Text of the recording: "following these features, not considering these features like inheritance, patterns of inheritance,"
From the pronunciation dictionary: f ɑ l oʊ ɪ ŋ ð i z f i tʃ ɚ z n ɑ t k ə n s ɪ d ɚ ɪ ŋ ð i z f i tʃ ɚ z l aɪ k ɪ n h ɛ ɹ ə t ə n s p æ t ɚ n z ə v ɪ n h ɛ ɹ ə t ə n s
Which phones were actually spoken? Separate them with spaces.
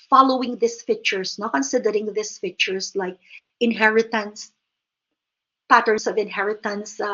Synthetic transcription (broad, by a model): f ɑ l oʊ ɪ ŋ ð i s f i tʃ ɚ s n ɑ k ə n s ɪ d ɚ ɪ ŋ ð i s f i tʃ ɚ s l aɪ k ɪ n h ɛ ɹ ə t ə n s p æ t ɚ n s ə v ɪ n h ɛ ɹ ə t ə n s